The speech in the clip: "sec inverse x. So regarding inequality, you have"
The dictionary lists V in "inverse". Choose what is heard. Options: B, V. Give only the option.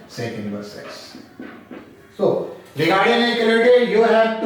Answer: B